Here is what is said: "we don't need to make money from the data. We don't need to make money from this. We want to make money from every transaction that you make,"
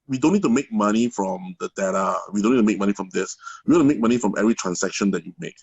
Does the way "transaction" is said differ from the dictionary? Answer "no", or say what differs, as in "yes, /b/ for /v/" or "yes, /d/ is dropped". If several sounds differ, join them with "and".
yes, /s/ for /z/